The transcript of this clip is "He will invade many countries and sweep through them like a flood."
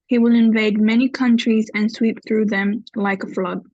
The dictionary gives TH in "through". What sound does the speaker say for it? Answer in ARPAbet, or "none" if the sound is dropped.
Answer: TH